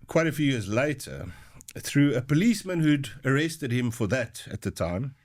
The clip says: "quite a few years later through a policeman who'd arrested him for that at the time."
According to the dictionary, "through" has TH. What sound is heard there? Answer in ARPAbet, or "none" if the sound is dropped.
TH